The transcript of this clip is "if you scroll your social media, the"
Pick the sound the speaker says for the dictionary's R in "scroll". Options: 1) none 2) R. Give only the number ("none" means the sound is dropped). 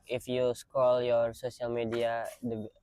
1